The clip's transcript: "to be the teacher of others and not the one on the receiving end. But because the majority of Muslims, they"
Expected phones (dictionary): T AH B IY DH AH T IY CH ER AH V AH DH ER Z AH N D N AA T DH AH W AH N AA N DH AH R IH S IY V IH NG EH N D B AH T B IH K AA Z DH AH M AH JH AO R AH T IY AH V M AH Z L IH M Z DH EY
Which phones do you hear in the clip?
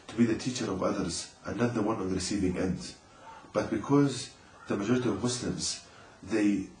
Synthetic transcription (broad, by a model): T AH B IY DH AH T IY CH ER AH V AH DH ER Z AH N N AA T DH AH W AH N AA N DH AH R IH S IY V IH NG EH N D B AH T B IH K AA Z DH AH M AH JH AO R AH T IY AH V M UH S L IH M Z DH EY